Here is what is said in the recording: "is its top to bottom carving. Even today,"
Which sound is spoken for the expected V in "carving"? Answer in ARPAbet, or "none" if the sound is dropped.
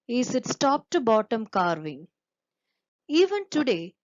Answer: V